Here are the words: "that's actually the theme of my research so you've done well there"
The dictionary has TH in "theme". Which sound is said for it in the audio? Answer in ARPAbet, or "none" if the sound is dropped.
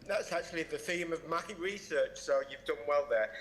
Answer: TH